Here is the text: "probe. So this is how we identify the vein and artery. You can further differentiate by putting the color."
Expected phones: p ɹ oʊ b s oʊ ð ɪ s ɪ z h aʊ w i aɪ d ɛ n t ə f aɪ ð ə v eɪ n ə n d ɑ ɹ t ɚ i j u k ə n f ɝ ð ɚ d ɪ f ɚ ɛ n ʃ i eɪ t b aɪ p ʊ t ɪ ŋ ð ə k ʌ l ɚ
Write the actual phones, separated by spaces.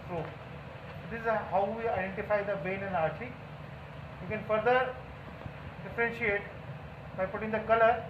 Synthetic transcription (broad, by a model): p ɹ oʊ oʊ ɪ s ɪ z h aʊ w i aɪ d ɛ n t ə f aɪ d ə b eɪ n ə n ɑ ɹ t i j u k ə n f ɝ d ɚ d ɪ f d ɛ n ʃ i eɪ t b aɪ p ʊ t ɪ ŋ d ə k ʌ l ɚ